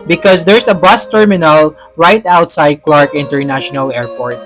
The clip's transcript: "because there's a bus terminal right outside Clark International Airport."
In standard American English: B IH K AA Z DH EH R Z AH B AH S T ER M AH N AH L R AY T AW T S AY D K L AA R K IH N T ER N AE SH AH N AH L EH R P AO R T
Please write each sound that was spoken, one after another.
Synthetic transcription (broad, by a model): B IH K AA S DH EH R S AH B AH S T ER M AH N AH L R AY T AW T S AY D K L AA R K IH N T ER N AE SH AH N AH L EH R P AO R T